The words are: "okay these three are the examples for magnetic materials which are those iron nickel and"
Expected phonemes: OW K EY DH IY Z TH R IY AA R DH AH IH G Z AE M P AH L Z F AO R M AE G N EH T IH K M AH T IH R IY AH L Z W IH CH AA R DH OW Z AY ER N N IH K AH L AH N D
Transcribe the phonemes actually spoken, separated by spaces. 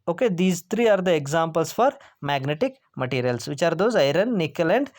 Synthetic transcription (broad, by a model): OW K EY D IY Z T R IY AA R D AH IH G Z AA M P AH L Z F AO R M AE G N EH T IH K M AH T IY R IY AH L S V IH CH AA R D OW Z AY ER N N IH K AH L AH N D